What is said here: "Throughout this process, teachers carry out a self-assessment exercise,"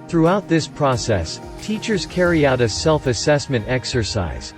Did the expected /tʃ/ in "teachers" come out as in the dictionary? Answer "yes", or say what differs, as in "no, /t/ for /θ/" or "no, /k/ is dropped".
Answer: yes